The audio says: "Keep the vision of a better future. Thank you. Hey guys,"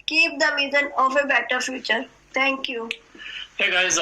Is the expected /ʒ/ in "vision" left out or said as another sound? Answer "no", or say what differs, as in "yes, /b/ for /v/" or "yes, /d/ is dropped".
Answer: yes, /z/ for /ʒ/